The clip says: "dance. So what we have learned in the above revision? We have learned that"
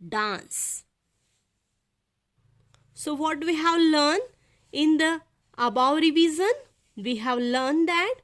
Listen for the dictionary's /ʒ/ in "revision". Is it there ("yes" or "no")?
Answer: no